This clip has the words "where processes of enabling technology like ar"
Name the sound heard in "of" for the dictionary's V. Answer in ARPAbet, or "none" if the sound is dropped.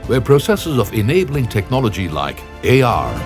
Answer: V